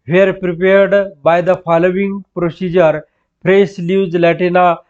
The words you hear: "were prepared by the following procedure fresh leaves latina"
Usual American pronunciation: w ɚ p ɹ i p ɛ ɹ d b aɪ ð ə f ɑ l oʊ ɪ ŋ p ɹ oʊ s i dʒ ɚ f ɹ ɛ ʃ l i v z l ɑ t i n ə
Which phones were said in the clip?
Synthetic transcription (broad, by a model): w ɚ p ɹ i p ɛ ɹ d b aɪ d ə f ɑ l oʊ ɪ ŋ p ɹ oʊ s i dʒ ɚ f ɹ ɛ s l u z l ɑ t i n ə